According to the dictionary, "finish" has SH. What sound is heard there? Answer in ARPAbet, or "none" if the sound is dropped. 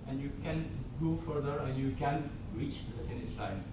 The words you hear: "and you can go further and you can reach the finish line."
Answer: S